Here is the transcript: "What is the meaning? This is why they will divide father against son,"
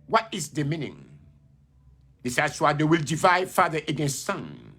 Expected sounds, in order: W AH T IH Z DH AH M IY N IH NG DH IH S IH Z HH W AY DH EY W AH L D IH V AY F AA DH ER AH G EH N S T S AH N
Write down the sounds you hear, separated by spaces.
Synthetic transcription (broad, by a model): W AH T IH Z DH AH M IY N IH NG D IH S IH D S W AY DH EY W AH L D IH V AY F AA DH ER AH G EH N S T S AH N